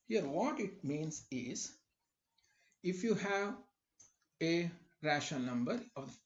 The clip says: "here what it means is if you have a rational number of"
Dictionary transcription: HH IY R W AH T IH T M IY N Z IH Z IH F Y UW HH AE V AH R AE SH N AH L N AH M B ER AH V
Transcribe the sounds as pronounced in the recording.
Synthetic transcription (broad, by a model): HH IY R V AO T IH T M IY N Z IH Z IH F Y UW HH AE V AH R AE SH AH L N AH M B ER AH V